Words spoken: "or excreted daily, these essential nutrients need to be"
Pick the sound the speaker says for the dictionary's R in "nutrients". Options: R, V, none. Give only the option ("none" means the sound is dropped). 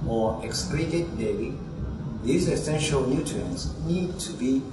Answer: none